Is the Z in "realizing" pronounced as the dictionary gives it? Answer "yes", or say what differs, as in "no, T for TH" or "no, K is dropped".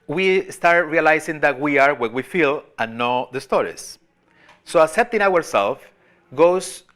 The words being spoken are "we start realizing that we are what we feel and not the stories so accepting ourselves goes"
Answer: no, S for Z